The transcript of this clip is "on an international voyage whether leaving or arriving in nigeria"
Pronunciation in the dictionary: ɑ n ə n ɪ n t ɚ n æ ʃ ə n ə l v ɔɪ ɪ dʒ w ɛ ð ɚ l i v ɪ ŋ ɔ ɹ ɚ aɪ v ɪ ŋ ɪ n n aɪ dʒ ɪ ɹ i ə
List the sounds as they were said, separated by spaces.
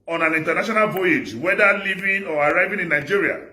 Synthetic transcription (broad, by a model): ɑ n ə n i n t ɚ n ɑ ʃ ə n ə l v ɔɪ ɪ dʒ w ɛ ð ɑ l i v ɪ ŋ ɔ ɹ aɪ v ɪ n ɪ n n aɪ dʒ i ɹ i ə